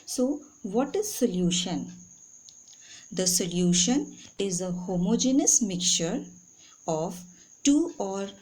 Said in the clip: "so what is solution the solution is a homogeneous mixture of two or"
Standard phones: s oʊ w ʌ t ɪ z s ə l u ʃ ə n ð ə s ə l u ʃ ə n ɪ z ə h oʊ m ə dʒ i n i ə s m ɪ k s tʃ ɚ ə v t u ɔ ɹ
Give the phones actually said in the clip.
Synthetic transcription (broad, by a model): s oʊ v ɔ t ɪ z s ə l u ʃ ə n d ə s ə l u ʃ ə n ɪ z ə h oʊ m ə dʒ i n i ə s m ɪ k tʃ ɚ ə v t u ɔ ɹ